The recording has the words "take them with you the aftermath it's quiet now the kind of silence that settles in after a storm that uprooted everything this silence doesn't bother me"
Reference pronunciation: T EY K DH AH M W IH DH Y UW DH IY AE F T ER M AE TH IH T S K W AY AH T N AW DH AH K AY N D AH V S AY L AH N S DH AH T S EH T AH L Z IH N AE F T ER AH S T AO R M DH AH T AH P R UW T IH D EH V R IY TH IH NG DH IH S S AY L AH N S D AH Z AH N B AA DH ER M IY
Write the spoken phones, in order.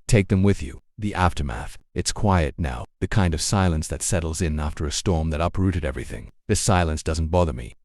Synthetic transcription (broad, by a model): T EY K DH AH M W IH DH Y UW DH IY AE F T ER M AE TH IH T S K W AY AH T N AW DH AH K AY N D AH V S AY L AH N S DH AH T S EH T L Z IH N AE F T ER AH S T AO R M DH AH T AH P R UW T IH D EH V R IY TH IH NG DH IH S S AY L AH N S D AH Z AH N B AA DH ER M IY